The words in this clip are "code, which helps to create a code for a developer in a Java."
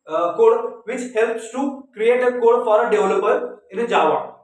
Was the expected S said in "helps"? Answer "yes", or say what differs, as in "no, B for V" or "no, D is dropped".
yes